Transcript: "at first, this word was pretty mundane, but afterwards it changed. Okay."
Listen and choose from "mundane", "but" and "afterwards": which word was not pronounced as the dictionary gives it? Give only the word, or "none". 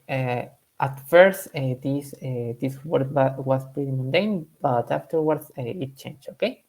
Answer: afterwards